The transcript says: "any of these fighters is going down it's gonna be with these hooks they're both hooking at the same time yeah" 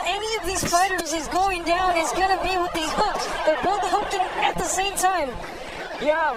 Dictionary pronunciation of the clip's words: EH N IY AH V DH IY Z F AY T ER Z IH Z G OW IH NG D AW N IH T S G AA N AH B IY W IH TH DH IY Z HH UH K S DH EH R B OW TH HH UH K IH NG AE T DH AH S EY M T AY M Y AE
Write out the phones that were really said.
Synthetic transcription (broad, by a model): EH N IY AH V DH IY Z F AY T ER Z IH Z G OW IH NG D AW N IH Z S G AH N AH B IY W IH DH IY Z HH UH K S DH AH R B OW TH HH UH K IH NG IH T DH AH S EY M T AY M Y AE